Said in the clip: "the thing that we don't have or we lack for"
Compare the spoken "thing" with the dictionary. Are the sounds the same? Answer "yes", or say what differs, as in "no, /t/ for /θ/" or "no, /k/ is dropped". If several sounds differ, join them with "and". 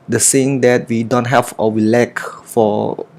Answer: no, /s/ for /θ/